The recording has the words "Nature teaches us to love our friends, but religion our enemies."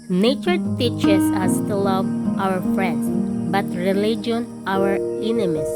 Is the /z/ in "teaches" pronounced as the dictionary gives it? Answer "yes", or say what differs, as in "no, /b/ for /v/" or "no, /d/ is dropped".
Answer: no, /s/ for /z/